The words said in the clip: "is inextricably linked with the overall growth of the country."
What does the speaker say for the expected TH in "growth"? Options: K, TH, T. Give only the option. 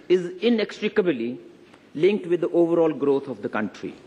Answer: T